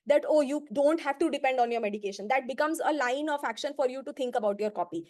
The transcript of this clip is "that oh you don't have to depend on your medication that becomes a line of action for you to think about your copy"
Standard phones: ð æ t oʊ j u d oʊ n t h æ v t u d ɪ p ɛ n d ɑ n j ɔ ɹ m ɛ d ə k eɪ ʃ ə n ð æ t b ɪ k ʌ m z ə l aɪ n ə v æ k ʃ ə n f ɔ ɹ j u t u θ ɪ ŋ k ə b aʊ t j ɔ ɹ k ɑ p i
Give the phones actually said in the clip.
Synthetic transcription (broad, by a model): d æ t oʊ j u d oʊ n t h æ v t u d ɪ p ɛ n d ɑ n j ɔ ɹ m ɛ d ə k eɪ ʃ ə n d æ t b ɪ k ʌ m z ə l aɪ n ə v æ k ʃ ə n f ɔ ɹ j u t u t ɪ ŋ k ə b aʊ t j ɔ ɹ k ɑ p i